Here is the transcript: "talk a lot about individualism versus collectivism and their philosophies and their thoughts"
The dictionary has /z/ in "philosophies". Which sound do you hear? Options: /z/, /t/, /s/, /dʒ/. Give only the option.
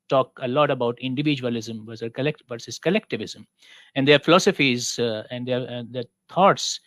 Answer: /z/